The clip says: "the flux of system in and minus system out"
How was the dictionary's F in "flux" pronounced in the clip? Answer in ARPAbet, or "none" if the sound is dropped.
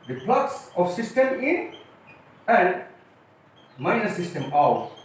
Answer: P